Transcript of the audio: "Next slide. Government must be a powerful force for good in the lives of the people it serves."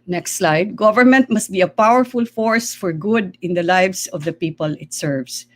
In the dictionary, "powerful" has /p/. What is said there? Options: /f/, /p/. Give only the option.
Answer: /p/